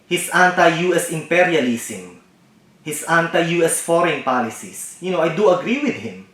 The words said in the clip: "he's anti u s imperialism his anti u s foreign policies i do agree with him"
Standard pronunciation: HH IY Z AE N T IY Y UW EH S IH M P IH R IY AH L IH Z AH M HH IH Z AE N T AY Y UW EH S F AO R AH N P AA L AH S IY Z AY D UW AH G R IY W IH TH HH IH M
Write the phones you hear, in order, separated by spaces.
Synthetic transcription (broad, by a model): HH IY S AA N T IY Y UW EH S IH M P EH R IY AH L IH S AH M HH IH S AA N T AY Y UW EH S F AO R AH N P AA L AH S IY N AY D UW AH G R IY W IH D HH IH M